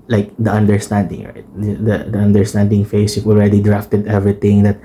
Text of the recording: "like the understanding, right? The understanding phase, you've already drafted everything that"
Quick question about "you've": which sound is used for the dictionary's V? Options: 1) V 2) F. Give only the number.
2